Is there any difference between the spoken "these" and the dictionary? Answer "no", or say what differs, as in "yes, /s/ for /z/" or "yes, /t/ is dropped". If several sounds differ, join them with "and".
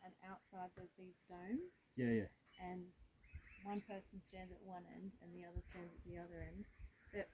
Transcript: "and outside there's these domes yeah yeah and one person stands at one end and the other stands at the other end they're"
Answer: no